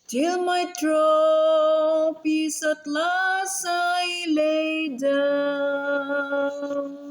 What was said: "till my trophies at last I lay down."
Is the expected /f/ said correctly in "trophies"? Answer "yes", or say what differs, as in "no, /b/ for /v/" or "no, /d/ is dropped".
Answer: no, /p/ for /f/